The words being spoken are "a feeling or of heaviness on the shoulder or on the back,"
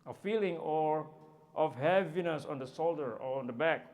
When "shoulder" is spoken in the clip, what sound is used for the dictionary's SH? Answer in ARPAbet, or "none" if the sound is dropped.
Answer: S